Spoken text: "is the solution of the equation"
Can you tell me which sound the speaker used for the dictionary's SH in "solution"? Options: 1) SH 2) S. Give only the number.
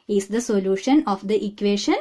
1